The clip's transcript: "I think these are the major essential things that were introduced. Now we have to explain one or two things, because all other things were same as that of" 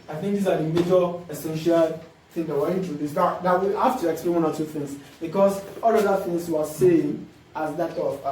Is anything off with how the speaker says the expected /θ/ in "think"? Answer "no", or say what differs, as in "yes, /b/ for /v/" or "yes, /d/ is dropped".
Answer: no